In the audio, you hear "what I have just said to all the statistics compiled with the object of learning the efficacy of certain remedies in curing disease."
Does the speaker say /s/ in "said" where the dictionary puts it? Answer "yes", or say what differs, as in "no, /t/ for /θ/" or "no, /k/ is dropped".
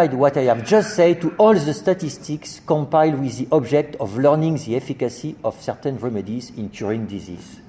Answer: yes